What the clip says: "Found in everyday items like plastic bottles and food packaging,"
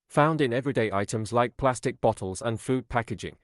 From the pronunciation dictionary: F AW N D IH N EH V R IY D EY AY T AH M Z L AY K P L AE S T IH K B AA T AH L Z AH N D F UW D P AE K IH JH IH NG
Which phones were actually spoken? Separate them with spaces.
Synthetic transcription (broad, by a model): F AW N D IH N EH V R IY D EY AY T AH M Z L AY K P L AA S T IH K B AA T AH L Z AH N F UW D P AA K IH JH IH NG